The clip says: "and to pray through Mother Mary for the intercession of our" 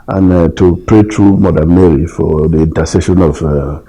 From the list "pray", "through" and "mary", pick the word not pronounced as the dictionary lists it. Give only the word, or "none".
through